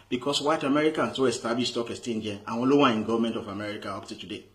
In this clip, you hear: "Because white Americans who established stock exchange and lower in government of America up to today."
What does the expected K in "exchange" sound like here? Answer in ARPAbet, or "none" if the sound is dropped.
none